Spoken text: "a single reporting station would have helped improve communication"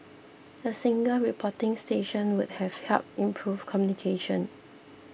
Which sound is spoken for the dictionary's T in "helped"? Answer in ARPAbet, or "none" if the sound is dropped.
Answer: none